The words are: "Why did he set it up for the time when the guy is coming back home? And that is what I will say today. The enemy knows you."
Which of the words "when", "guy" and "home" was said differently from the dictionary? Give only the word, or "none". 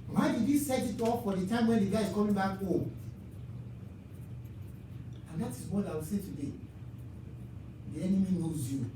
home